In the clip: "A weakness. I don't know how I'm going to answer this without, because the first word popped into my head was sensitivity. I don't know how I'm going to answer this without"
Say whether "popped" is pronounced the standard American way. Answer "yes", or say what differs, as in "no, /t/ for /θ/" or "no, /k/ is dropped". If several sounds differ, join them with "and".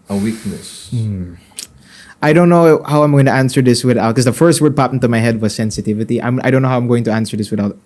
no, /t/ is dropped